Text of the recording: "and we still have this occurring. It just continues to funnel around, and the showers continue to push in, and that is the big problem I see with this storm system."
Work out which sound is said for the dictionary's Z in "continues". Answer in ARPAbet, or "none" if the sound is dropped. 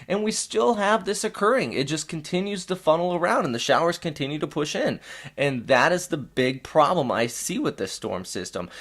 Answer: Z